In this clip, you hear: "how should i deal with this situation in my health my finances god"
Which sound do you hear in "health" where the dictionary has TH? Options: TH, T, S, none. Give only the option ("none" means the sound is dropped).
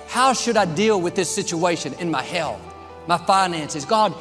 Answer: TH